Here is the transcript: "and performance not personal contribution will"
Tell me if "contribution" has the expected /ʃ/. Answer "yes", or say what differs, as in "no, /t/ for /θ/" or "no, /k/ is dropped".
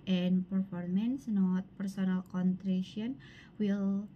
no, /ʃ/ is dropped